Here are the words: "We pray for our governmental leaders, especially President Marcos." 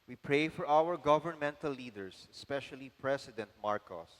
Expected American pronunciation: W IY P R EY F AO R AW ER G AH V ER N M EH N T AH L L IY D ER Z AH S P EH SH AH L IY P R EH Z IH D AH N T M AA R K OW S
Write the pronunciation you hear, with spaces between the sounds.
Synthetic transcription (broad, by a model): W IY P R EY F AO R AW ER G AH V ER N M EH N T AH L L IY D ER S AH S P EH SH AH L IY P R EH S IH D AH N T M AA R K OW S